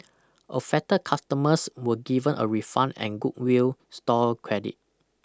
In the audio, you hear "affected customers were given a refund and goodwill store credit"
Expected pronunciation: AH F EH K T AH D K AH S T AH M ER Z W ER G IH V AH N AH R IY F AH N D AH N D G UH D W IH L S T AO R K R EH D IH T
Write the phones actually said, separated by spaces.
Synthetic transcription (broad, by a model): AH F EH T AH K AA S T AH M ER S W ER G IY V AH N AH R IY F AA N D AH N G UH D W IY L S T AO L K R EH D IH T